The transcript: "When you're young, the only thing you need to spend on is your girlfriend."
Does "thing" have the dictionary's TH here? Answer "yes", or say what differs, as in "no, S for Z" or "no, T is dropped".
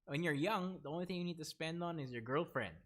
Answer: yes